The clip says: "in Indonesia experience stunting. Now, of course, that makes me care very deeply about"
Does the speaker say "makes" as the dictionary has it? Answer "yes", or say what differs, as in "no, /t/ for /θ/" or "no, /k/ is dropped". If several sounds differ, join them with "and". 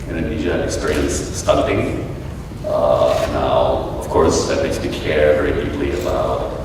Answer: no, /k/ is dropped